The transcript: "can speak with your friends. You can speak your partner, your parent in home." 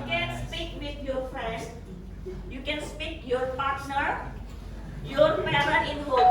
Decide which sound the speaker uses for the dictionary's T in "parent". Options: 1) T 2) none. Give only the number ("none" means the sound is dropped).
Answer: 2